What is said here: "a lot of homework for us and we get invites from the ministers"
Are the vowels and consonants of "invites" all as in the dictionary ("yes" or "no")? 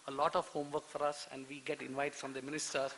no